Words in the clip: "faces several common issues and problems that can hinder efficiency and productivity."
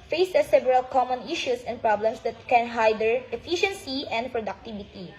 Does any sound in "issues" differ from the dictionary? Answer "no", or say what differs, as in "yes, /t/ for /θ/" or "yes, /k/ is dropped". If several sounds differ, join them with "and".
yes, /s/ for /z/